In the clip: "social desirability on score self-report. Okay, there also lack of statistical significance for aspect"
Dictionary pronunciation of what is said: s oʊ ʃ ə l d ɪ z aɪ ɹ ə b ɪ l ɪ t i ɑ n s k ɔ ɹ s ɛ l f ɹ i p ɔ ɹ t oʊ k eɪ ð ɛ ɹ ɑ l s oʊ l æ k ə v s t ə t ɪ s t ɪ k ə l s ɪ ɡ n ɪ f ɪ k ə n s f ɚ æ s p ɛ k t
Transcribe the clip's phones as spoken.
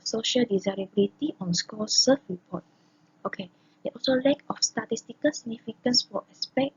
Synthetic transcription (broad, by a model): s oʊ ʃ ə l d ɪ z aɪ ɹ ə b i l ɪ t i ɑ n s k ɔ s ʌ f ɹ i p ɔ t oʊ k eɪ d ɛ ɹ ɑ l s oʊ l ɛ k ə f s t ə t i s t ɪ k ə l s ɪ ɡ n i f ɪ k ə n s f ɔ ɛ s p ɛ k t